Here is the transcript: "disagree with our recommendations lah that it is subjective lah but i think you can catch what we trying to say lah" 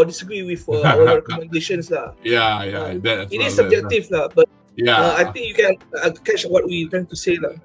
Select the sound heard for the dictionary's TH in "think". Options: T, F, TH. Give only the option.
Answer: T